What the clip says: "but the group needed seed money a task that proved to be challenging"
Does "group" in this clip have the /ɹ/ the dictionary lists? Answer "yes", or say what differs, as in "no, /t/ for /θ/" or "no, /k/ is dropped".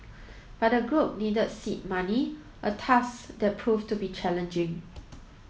yes